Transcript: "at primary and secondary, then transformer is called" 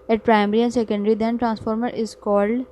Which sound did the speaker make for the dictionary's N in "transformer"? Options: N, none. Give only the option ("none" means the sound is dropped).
N